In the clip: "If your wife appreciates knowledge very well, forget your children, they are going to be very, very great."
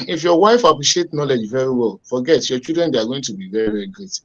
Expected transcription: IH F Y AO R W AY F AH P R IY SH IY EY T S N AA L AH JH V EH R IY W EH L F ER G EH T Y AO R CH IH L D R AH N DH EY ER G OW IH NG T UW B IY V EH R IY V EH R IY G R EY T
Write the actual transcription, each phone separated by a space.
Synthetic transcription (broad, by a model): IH F Y AO W AY F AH P R IY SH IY EY T N AA L AH JH V EH R IY W EH L F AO G EH T Y AO CH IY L D R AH N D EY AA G OW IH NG T UW B IY V EH R IY V EH R IY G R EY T